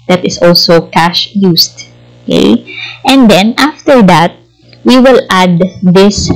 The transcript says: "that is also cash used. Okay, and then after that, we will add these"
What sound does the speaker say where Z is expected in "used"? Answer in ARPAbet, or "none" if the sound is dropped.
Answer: S